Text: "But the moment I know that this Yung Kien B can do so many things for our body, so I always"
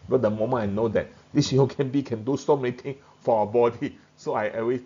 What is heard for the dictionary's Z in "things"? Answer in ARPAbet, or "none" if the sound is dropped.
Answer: none